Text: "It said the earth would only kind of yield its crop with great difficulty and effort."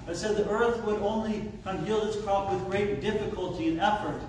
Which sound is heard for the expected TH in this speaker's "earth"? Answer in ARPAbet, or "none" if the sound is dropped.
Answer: TH